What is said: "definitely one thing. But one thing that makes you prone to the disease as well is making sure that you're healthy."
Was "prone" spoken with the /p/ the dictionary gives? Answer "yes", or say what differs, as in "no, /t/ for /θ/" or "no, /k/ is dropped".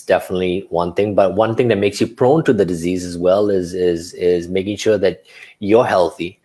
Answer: yes